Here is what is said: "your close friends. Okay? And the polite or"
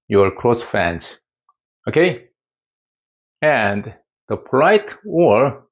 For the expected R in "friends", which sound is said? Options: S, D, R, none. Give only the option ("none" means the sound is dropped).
none